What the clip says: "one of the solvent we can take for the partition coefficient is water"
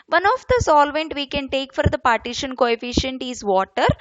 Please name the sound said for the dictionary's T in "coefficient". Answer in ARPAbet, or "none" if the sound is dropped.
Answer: T